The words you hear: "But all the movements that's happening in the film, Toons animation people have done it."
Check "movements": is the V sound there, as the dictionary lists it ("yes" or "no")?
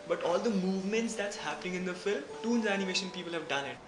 yes